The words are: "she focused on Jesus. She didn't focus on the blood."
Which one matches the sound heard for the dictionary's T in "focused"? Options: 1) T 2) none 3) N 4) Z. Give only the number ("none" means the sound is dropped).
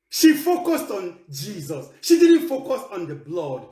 1